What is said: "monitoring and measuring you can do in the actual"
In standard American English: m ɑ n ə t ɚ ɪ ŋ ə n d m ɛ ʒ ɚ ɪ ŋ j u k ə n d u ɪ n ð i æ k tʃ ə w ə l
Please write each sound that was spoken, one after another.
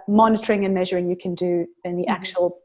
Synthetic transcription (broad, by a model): m ɑ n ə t ɚ ɪ ŋ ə n m ɛ ʒ ɚ ɪ ŋ j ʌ k ə n d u ɪ n ð i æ k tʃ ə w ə l